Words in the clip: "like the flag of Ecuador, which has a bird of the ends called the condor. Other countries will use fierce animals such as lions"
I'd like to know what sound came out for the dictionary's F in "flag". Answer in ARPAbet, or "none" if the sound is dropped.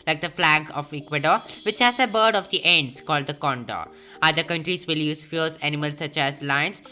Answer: F